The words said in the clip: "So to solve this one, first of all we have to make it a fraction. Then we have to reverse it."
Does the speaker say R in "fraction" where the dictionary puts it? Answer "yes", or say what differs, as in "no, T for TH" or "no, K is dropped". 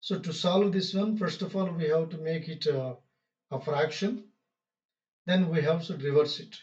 yes